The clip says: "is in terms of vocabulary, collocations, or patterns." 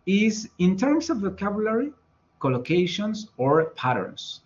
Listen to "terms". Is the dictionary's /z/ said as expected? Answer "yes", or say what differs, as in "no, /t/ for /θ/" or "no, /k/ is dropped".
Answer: no, /s/ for /z/